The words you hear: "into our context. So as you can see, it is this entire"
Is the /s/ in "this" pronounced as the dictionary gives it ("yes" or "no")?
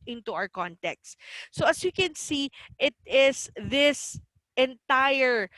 yes